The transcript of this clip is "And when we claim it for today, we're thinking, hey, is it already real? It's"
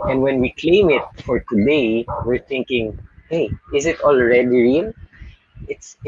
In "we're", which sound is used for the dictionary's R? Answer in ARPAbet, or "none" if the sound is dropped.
R